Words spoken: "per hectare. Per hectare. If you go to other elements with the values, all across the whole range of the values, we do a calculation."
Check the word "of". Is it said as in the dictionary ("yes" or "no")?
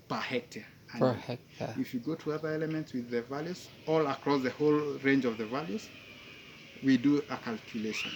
yes